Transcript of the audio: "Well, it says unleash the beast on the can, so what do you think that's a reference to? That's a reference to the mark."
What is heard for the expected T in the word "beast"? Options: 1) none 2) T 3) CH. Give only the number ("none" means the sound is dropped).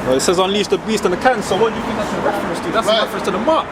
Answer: 2